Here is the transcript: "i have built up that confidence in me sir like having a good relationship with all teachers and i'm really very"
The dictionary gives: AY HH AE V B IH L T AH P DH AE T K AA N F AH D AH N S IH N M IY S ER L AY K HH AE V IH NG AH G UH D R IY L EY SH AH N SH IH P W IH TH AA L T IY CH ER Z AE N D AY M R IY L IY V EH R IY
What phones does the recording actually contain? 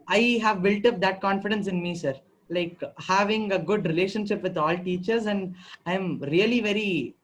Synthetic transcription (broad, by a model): AY HH AE V B IH L T AH P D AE T K AA N F AH D AH N S IH N M IY S ER L AY K HH AE V IH NG AH G UH D R IY L EY SH AH N SH IH P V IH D AA L T IY CH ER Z AE N D AY M R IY L IY V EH R IY